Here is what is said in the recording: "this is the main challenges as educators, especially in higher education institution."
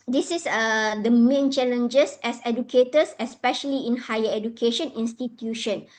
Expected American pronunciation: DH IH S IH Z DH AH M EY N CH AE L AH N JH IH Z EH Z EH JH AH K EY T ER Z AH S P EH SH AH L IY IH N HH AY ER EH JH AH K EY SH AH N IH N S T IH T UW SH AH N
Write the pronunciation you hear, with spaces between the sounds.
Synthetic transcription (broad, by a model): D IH S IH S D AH M EY N CH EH L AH N JH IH S EH S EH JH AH K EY T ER S AH S P EH SH AH L IY IH N HH AY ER EH JH AH K EY SH AH N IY N S T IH T UW SH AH N